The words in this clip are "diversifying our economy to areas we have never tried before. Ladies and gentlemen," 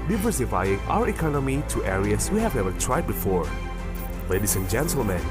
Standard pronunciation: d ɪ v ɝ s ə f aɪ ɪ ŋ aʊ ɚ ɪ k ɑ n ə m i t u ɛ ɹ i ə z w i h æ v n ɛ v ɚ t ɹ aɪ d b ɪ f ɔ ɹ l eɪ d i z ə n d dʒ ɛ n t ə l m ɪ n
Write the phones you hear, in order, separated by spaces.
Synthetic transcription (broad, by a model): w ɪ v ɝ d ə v aɪ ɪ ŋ aʊ ɚ ɪ k ɑ n ə m i t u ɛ ɹ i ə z w i h æ v n ɛ v ɚ t ɹ aɪ d b ɪ f ɔ ɹ l eɪ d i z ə n dʒ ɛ n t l m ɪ n